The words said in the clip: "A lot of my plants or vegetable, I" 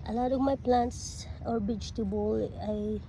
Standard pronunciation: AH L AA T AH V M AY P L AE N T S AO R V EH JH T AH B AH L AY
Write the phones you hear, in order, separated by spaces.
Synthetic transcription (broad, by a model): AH L AA T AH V M AY P L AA N T S AO R B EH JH T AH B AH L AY